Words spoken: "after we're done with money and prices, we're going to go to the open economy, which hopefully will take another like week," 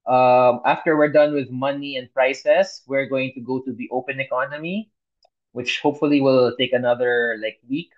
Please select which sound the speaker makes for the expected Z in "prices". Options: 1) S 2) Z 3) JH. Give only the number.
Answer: 1